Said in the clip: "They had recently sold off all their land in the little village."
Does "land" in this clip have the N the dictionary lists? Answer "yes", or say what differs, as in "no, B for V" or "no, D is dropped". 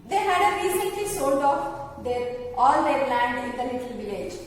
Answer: yes